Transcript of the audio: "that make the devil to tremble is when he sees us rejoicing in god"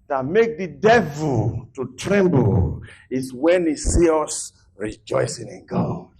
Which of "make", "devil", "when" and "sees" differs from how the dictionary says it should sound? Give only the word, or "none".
sees